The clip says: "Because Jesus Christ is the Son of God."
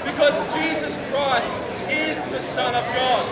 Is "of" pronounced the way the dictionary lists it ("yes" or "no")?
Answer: yes